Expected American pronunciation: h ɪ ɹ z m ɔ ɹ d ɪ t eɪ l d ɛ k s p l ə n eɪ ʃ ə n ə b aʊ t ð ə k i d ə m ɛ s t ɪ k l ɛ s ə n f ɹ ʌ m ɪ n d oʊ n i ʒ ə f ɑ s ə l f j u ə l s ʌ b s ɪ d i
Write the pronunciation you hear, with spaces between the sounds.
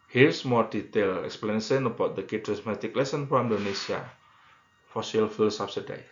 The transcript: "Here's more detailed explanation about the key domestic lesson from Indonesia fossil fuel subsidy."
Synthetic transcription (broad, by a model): h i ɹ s m ɔ ɹ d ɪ t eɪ l ɛ k s p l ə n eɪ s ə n ə b aʊ t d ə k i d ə m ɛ t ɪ k l ɛ s ə n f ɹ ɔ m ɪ n d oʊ n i s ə f ɑ s ə l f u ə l s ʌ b s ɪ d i